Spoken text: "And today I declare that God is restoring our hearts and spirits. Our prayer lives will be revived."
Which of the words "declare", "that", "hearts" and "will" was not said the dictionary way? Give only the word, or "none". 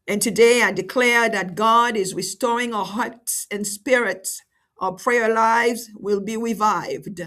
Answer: none